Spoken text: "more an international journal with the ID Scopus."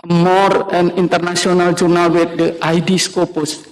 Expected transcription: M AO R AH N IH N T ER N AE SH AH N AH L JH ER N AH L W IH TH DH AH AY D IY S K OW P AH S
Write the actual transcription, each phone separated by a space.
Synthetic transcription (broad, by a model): M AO R AH N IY N T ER N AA S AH N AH L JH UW N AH L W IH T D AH AY D IY S K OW P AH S